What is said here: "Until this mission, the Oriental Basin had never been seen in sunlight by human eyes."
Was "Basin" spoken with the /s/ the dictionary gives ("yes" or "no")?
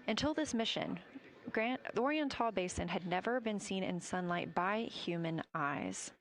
yes